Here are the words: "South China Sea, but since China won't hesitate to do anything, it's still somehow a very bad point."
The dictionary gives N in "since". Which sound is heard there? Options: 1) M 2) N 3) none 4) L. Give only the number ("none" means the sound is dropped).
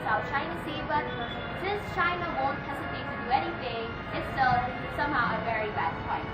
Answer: 3